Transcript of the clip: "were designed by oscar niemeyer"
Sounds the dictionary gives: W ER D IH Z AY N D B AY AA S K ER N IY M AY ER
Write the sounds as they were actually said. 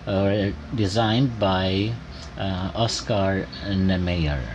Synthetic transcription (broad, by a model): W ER D IH Z AY N D B AY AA S K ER N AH M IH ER